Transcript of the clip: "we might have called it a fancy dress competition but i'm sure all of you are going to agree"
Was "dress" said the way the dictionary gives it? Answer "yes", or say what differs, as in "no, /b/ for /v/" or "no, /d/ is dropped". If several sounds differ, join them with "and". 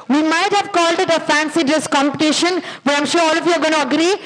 no, /ɹ/ is dropped